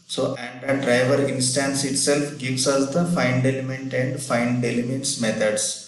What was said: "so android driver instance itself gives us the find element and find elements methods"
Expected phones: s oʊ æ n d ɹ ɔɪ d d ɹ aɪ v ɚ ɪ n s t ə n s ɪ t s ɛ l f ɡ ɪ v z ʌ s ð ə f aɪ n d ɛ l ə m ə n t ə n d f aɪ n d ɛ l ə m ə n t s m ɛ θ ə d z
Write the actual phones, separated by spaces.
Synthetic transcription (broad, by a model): s oʊ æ n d ʌ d d ɹ aɪ v ɚ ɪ n s t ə n s ɪ t s ɛ l f ɡ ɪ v s ʌ s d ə f aɪ n d ɛ l ə m ə n t ə n d f aɪ n d ɛ l ə m ə n t s m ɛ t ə d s